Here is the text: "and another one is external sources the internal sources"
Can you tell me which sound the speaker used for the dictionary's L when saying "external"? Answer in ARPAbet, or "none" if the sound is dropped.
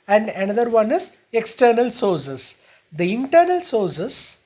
L